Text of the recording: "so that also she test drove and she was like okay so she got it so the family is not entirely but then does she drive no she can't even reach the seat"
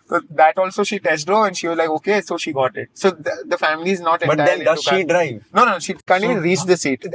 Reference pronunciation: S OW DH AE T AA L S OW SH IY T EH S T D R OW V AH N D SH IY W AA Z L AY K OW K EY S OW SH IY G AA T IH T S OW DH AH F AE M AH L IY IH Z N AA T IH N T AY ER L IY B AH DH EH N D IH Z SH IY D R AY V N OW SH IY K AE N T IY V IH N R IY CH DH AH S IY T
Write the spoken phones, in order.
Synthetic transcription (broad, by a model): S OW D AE T AA L S OW SH IY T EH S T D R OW AH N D SH IY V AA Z L AY K OW K EY S OW SH IY G AA T IH T S OW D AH F AE M AH L IY IH Z N AA T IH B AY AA IY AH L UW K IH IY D R AY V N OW SH IY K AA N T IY IH R IY CH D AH S IY T